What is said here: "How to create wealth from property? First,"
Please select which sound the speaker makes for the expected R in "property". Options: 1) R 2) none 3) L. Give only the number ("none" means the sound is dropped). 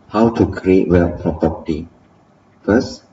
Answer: 2